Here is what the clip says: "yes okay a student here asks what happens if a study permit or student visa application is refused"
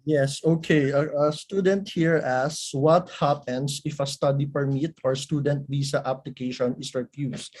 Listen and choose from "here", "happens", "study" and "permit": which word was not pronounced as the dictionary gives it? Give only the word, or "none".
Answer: happens